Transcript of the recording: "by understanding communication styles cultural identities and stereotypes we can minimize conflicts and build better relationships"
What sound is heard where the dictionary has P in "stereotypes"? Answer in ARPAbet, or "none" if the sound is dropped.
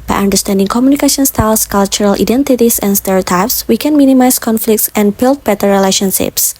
P